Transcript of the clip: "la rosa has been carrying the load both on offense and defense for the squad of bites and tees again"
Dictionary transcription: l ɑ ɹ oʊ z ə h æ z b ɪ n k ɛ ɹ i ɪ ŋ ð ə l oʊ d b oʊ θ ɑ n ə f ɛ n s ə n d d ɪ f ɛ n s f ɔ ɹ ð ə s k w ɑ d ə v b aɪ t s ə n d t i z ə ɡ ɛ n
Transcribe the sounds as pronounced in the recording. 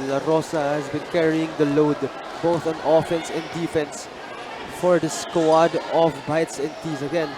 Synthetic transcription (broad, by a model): l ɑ ɹ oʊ s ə h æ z b ɪ n k ɛ ɹ i ɪ ŋ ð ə l oʊ d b oʊ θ ɑ n ə f ɛ n s ə n d d ɪ f ɛ n s f ɔ ɹ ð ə s k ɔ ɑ d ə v b aɪ t s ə n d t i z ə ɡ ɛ n